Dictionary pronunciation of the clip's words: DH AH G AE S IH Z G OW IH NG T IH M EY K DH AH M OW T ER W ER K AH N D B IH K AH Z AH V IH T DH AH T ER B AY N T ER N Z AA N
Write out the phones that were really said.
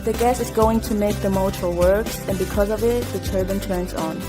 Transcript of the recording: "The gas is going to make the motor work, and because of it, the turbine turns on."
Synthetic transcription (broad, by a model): DH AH G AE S IH Z G OW IH NG T IH M EY K DH AH M OW T ER W ER K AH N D B IH K AH Z AH V IH T DH AH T ER B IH N T ER N Z N